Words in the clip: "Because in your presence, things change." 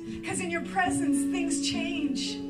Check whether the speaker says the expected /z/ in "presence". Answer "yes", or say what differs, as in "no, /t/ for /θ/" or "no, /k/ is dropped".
yes